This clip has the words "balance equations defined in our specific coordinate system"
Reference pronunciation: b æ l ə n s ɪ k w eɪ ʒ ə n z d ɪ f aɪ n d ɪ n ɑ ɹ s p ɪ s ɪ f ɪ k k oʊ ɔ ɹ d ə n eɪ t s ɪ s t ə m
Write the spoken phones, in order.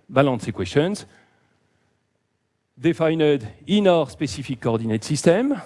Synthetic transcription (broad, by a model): b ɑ l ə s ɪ k w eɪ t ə n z d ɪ f aɪ n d ɪ n ɑ ɹ s p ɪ s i f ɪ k k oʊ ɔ ɹ d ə n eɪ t s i s t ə m